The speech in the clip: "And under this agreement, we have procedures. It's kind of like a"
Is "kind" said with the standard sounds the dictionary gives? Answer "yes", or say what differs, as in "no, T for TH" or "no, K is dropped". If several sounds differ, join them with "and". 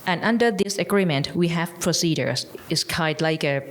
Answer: no, N is dropped